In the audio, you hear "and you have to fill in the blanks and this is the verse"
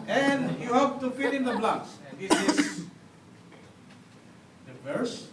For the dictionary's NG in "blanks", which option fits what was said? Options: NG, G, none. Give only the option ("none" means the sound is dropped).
none